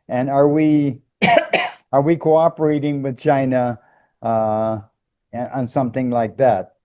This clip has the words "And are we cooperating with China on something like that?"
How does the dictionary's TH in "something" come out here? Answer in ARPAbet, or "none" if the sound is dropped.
TH